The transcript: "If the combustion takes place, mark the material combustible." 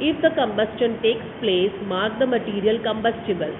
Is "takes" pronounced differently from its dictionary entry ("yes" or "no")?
no